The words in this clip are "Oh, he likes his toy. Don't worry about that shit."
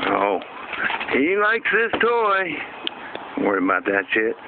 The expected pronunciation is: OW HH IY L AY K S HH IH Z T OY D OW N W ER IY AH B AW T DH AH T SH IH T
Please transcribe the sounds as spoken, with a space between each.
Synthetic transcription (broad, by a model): OW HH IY L AY K S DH IH S T OY W ER IY AH B AW T DH AH T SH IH T